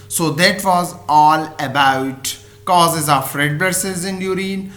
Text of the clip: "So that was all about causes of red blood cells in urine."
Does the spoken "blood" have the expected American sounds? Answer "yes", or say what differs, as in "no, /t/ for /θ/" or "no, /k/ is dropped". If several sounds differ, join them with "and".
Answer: no, /l/ is dropped